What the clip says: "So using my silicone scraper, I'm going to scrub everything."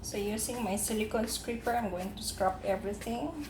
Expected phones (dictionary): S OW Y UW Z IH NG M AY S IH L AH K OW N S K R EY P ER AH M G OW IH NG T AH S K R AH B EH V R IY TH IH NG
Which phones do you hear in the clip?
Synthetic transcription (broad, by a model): S OW Y UW S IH NG M AY S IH L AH K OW N S K R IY P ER AH M G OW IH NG T AH S K R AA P EH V R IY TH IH NG